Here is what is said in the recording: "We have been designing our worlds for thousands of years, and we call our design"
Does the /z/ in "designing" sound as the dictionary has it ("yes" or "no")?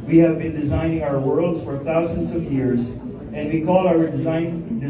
yes